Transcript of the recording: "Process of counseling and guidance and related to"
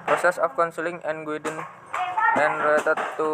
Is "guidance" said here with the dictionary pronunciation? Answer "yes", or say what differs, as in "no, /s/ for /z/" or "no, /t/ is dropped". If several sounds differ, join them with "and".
no, /s/ is dropped